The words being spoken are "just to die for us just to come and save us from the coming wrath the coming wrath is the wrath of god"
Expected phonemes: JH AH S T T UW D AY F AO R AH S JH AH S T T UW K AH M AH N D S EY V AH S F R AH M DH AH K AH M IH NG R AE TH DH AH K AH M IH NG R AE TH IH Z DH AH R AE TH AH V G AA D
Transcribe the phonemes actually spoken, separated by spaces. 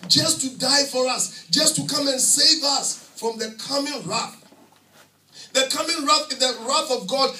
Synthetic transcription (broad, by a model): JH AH S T T UW D AY F AO R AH S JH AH S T T UW K AH M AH N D S EY V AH S F R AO M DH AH K AH M IH NG R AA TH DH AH K AH M IH NG R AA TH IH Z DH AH R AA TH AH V G AA D